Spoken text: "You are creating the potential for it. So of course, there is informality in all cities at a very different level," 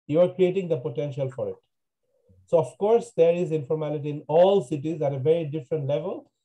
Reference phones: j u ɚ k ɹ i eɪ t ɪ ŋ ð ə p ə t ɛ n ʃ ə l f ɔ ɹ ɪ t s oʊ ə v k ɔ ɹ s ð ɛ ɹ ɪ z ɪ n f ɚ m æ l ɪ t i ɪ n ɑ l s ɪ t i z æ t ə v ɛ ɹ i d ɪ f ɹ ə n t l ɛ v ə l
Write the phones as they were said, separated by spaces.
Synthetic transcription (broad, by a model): j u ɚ k ɹ i eɪ t ɪ ŋ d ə p ə t ɛ n ʃ ə l f ɔ ɹ ɪ t s oʊ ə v k ɔ ɹ s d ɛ ɹ ɪ z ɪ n f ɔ m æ l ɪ t i ɪ n ɑ l s ɪ t i z æ t ə v ɛ ɹ i d ɪ f ɹ ə n t l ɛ v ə l